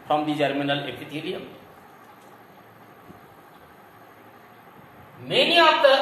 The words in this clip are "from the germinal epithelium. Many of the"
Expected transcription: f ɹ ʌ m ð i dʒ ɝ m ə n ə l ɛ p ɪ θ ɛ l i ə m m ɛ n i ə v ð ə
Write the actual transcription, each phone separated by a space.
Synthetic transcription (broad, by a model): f ɹ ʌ m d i dʒ ɝ m ə n ə l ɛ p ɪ t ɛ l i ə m m ɛ n i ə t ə